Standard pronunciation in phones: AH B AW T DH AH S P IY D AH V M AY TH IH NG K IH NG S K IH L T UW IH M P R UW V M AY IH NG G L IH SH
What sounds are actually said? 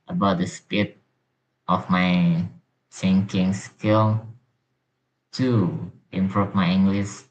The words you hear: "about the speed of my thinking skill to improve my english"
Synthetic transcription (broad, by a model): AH B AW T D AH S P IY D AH F M AY S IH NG K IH NG S K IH L T UW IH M P R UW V M AY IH NG G L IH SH